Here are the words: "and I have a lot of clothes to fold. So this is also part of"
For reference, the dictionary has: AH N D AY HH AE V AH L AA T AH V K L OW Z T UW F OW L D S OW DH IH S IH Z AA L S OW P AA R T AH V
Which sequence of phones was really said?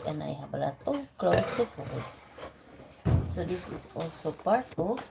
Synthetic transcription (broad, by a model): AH N AY HH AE B AH L AA T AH K L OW S T UW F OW D S OW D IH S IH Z AA L S OW P AA R T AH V